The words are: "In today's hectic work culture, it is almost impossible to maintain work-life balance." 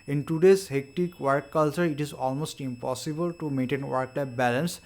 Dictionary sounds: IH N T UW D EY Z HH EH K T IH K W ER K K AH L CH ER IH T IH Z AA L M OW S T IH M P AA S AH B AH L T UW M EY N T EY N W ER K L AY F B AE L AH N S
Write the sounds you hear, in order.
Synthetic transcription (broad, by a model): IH N T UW D EY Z HH EH K T IH K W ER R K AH L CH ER IH T IH Z AA L M OW S T IH M P AA S AH B AH L T UW M EY N T EY N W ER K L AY P B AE L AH N S